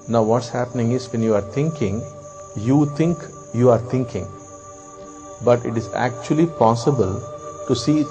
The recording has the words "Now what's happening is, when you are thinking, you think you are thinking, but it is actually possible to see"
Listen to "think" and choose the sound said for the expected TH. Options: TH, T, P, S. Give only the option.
T